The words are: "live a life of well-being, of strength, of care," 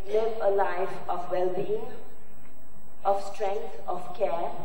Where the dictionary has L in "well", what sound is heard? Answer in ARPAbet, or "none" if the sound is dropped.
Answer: L